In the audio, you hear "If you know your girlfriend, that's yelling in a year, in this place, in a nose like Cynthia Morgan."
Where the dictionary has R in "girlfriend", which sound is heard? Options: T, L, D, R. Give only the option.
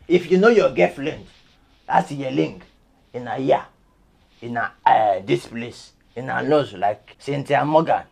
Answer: L